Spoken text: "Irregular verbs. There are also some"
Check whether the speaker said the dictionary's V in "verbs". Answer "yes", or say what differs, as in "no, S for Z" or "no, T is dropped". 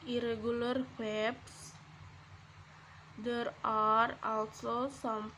no, W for V